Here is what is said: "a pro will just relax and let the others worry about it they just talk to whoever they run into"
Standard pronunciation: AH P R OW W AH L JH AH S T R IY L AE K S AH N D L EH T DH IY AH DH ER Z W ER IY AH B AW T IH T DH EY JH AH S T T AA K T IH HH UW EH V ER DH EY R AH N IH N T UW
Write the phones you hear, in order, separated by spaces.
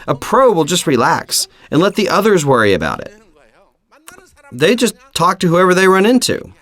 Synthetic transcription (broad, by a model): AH P R OW W AH L JH AH S T R IY L AE K S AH N L EH T DH IY AH DH ER Z W ER IY AH B AW T IH T DH EY JH AH S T T AA K T IH HH UW EH V ER DH EY R AH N IH N T UW